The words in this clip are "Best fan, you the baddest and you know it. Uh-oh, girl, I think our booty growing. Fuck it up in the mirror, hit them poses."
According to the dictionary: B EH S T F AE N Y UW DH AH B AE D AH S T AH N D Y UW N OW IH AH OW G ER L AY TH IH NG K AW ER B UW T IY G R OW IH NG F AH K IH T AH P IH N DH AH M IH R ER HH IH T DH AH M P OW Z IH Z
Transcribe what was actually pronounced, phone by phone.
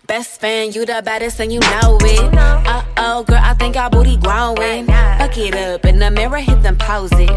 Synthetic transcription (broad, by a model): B EH S T F AE N Y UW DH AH B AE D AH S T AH N Y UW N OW IH AH OW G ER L AY TH IH NG K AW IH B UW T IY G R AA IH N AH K IH T AH P IH N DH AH M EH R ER HH IH T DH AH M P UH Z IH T